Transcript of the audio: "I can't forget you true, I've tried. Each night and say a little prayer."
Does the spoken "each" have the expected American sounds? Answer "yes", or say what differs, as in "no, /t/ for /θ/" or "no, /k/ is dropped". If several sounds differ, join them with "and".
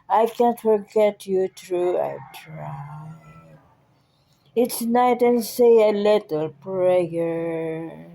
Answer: no, /s/ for /tʃ/